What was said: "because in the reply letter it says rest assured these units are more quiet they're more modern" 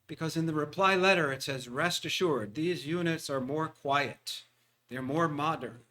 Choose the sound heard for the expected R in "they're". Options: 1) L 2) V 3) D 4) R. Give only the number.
4